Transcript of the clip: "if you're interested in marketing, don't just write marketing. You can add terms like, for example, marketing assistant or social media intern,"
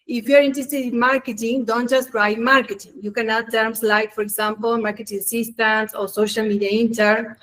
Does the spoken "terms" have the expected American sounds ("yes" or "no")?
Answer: no